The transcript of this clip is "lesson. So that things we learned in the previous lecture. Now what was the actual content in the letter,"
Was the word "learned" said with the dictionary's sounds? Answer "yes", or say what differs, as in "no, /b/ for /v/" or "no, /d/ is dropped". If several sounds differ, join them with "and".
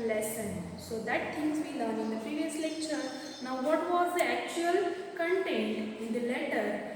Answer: no, /d/ is dropped